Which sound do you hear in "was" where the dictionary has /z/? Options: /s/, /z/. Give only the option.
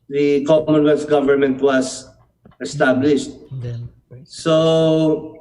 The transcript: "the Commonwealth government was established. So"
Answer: /s/